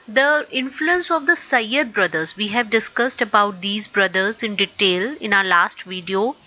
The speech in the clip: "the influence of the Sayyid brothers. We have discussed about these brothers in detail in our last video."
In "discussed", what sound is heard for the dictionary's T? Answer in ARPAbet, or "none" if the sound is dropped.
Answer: T